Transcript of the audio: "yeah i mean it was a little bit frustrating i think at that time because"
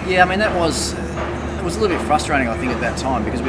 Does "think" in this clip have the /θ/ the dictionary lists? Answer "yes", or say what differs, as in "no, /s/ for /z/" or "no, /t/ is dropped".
yes